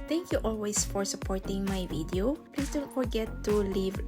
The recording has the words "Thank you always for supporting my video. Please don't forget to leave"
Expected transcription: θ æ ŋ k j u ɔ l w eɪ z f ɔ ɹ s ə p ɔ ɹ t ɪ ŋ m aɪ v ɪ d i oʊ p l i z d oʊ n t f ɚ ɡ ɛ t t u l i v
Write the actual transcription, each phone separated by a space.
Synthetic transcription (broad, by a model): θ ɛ ŋ k j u ɔ l w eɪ s f ɔ ɹ s ə p ɔ ɹ t ɪ ŋ m aɪ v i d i oʊ p l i s d oʊ n t f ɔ ɡ ɛ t t u l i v